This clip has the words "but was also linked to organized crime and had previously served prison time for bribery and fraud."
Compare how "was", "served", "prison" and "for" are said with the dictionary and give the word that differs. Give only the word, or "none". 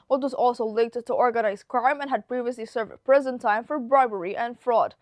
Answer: none